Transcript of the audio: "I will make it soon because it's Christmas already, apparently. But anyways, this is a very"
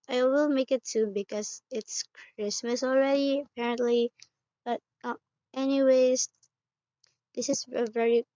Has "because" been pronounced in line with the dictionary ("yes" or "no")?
yes